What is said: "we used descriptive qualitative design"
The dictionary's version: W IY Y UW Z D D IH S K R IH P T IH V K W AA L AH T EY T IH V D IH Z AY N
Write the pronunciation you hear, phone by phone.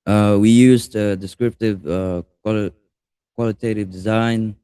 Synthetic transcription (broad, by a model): W IY Y UW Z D D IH S K R IH P T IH V K W AA L AH T EY T IH V D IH Z AY N